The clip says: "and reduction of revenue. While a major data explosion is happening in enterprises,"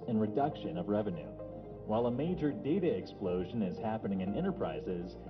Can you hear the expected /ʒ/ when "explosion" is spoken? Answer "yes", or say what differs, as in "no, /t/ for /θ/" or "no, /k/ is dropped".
yes